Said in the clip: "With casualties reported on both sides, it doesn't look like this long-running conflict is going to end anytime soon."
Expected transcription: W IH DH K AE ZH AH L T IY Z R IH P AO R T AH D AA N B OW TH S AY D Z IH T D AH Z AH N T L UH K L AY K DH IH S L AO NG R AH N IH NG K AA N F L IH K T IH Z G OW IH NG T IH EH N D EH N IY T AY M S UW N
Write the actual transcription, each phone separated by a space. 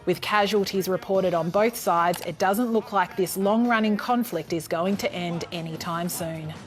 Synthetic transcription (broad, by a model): W IH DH K AE ZH AH L T IY Z R IH P AO R T AH D N B OW TH S AY D Z IH T D AH Z AH N T L UH K L AY K DH IH S L AO NG R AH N IH NG K AA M F L IH K T IH Z G OW IH NG T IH EH N D EH N IY T AY M S UW N